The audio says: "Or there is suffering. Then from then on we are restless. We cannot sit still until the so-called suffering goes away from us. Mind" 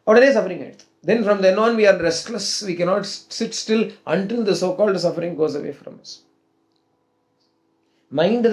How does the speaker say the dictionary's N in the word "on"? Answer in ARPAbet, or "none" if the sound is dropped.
N